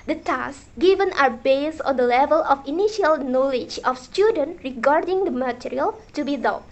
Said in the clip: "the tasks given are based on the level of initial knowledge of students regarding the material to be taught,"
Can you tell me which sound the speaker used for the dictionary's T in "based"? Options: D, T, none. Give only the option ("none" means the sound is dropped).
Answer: none